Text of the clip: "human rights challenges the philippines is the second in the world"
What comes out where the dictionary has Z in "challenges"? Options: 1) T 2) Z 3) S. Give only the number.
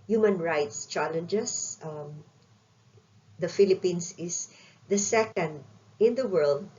3